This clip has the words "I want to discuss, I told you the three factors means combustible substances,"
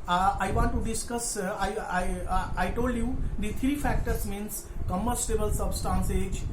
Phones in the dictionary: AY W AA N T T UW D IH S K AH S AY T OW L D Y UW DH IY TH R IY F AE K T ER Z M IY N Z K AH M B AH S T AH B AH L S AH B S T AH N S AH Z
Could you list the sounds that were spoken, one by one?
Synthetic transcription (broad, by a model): AY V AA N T T UW D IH S K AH S AY T OW L D Y UW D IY T R IY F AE K T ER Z M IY N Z K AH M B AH S T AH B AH L S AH B S T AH N S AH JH